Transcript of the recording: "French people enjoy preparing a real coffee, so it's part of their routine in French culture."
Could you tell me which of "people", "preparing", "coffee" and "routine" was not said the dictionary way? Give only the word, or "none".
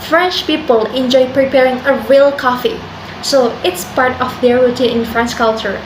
routine